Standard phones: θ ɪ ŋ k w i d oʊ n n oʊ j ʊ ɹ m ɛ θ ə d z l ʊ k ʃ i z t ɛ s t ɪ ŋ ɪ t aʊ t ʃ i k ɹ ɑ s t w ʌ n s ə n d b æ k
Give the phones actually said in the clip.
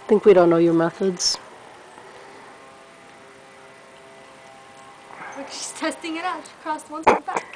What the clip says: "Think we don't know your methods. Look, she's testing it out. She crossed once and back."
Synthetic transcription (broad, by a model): θ ɪ ŋ k w i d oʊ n n oʊ j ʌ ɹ m ɛ θ ə d z w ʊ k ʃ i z t ɛ s t ɪ ŋ ɪ t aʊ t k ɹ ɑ s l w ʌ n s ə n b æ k